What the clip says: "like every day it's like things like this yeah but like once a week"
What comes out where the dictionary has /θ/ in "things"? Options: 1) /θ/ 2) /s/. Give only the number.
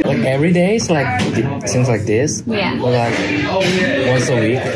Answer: 2